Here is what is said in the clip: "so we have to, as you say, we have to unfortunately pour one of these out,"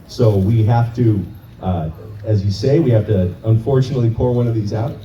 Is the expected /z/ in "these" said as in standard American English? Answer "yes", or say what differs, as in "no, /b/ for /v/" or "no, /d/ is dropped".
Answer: yes